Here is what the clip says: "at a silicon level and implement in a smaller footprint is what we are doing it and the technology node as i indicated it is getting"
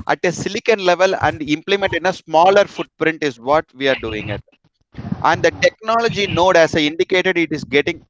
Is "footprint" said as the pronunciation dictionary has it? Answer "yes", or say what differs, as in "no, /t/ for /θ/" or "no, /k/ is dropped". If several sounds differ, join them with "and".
yes